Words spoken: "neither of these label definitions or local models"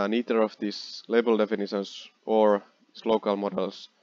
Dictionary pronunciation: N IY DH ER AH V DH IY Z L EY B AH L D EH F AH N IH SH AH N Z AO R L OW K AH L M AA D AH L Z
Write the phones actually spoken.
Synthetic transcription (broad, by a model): N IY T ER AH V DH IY S L EY B AH L D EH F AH N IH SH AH N S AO R L OW K AH L M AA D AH L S